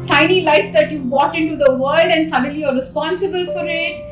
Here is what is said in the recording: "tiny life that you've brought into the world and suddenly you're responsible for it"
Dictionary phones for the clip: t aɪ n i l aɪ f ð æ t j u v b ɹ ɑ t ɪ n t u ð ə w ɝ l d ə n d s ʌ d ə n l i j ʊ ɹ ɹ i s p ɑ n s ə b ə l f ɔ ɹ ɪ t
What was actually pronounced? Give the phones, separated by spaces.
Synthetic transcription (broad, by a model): t aɪ n i l aɪ f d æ t j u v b ɑ t ɪ n t u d ə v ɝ l d ə n d s ʌ d ə n l i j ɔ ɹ ɹ i s p ɑ n s ə b ə l f ɔ ɹ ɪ t